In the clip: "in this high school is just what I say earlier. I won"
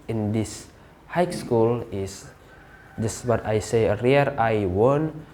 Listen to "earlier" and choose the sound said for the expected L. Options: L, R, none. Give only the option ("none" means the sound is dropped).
none